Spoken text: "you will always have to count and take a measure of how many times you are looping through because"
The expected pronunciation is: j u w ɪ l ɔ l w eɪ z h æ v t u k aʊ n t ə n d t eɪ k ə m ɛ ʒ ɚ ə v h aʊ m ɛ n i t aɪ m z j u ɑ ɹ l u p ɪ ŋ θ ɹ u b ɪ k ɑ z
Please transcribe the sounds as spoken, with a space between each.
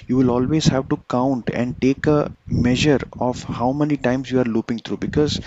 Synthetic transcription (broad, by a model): j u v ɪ l ɔ l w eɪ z h æ v t u k aʊ n t ə n d t eɪ k ə m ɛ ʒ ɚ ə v h aʊ m ɛ n i t aɪ m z j u ɑ ɹ l u p ɪ ŋ t ɹ u b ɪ k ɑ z